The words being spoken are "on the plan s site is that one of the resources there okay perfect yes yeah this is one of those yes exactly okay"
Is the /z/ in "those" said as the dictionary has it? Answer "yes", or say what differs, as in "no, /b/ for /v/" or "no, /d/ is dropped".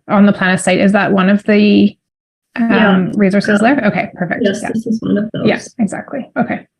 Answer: no, /z/ is dropped